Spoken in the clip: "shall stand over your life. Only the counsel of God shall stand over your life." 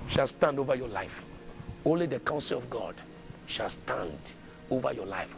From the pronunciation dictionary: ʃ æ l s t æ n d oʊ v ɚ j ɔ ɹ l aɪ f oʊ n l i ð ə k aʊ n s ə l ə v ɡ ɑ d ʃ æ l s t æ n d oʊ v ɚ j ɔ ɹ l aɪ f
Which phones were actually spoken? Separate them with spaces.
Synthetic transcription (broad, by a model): ʃ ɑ l s t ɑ n d oʊ v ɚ j ɔ l aɪ f oʊ n l i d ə k aʊ n s ə l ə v ɡ ɑ d ʃ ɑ l s t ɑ n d oʊ v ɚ j ɔ l aɪ f